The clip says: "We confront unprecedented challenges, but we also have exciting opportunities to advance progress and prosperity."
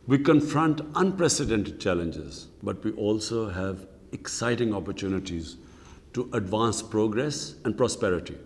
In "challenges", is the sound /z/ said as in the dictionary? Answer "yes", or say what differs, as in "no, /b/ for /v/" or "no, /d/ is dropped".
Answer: yes